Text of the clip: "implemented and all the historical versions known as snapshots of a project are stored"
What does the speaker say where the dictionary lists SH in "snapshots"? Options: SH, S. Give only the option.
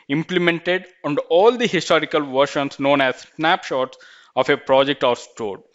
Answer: SH